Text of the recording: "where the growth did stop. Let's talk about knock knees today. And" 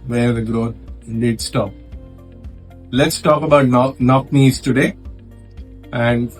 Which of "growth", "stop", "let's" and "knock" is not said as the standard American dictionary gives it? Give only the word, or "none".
growth